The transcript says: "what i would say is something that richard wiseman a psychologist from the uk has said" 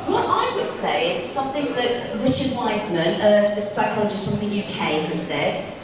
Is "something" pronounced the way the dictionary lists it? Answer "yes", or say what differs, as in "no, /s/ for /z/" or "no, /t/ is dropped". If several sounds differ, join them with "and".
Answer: yes